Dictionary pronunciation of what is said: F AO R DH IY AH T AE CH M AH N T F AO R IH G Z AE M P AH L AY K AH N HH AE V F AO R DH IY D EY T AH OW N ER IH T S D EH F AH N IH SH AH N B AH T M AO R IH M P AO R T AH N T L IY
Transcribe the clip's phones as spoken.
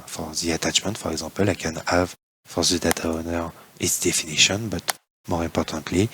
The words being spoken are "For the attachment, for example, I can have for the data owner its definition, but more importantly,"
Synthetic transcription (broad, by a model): F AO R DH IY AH T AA CH M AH N T F AO R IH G Z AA P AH L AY K AH N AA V F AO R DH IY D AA T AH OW N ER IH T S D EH F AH N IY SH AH N B AH T M AO R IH P AO R T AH T L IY